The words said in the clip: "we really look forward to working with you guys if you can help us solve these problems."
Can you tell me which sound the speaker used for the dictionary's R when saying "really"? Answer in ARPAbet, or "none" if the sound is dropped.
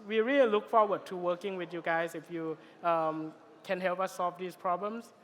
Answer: R